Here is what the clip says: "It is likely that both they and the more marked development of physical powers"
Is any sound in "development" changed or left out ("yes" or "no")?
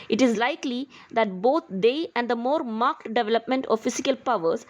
no